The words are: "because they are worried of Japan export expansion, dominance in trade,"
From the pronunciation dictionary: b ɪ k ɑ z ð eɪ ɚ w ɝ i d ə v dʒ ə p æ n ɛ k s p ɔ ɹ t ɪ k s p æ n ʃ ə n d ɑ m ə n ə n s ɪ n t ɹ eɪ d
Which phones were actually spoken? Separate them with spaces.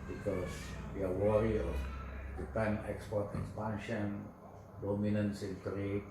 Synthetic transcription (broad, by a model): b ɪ k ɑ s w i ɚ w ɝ i ə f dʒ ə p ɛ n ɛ k s p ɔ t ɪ k s p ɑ n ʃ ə n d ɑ m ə n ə n s ɪ n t ɹ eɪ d